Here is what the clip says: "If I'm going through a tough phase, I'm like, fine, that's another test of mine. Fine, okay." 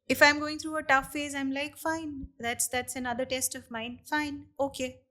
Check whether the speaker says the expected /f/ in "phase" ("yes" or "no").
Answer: yes